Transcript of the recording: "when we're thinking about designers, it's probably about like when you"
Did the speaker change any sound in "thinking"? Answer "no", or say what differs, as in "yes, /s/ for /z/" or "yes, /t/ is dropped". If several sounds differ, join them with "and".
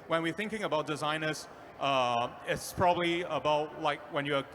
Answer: no